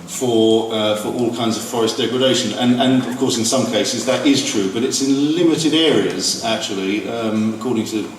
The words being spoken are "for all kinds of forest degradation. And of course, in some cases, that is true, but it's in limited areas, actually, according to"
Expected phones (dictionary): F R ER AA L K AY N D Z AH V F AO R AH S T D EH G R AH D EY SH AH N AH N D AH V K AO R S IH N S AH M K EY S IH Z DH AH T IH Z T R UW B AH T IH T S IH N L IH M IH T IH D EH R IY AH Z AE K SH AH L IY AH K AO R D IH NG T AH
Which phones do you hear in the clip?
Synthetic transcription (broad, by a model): F R ER AA L K AY N D Z AH V F AO R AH S D EH G R AH D EY SH AH N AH N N AH V K AO R S IH N S AH M K EY S IH Z DH AH T IH Z T R UW B AH T IH T S IH N L IH M IH T IH D EH R IY AH Z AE K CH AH L IY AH K AO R D IH NG T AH